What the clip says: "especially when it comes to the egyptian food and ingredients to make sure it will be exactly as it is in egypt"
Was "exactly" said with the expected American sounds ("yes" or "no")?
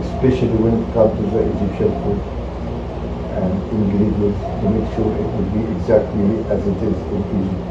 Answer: yes